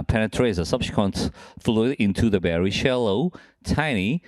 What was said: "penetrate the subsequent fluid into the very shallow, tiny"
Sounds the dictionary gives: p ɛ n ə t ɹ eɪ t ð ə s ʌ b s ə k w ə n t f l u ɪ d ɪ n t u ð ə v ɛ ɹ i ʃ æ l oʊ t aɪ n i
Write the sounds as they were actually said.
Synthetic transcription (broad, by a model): p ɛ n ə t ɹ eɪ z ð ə s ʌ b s k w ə n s f l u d ɪ n t u ð ə b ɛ ɹ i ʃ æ l oʊ t aɪ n i